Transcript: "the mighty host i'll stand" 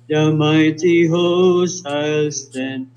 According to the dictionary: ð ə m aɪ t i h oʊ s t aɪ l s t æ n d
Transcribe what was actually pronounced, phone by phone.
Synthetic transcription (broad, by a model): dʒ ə m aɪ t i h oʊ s aɪ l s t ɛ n